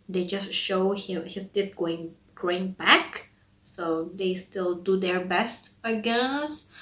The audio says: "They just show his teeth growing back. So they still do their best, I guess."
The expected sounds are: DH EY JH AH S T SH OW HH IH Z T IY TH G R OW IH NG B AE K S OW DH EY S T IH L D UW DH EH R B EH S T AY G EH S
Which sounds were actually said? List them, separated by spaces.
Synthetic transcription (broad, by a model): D EY JH AH S T SH OW HH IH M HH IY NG G R OW IH NG B AE K S OW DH EY S T IH L D UW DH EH R B EH S T AY G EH S